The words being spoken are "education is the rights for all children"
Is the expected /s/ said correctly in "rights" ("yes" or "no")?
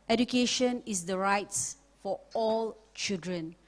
yes